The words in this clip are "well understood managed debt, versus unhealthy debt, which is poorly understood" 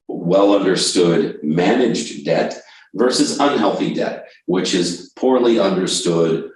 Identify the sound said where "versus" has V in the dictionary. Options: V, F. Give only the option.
V